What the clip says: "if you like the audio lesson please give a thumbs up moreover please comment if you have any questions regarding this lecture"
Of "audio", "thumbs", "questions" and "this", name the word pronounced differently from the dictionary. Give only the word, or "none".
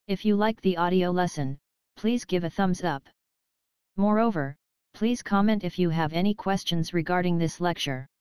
none